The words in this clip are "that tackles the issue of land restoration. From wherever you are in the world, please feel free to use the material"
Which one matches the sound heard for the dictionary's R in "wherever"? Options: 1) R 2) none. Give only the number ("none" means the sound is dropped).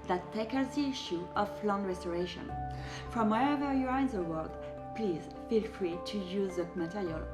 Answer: 2